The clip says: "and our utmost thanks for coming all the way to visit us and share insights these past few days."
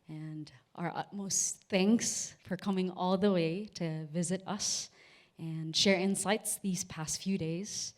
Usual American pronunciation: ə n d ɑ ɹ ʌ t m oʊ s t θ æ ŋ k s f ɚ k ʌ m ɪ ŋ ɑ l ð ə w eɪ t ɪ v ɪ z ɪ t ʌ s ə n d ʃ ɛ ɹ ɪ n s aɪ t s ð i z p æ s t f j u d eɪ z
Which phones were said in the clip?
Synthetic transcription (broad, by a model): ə n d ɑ ɹ ʌ t m oʊ s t θ æ ŋ k s f ɚ k ʌ m ɪ ŋ ɑ l ð ə w eɪ t ɪ v ɪ z ɪ t ʌ s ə n ʃ ɛ ɹ ɪ n s aɪ t s ð i z p æ s t f j u d eɪ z